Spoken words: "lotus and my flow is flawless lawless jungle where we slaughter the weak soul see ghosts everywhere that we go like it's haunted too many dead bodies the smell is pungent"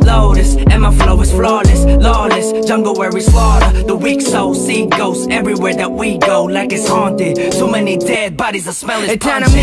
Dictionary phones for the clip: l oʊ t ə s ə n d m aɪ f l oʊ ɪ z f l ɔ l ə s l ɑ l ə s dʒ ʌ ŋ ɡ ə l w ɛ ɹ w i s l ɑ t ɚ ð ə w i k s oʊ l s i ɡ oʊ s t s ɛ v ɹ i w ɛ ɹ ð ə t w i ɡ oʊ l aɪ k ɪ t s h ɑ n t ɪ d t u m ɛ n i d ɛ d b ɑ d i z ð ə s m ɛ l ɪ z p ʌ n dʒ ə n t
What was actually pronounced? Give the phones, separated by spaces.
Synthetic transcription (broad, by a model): l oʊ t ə s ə m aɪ f l oʊ ɪ z f l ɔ l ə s l ɑ l ə s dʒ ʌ ŋ ɡ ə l w ɛ ɹ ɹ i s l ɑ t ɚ ð ə w i k s oʊ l s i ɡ oʊ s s ɛ v ɹ i w ɛ ɹ ð ə t w i ɡ oʊ l aɪ k ɪ t s h ɑ n t ɪ d s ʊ m ɛ n i d ɛ d b ɑ d i z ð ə s m ɛ l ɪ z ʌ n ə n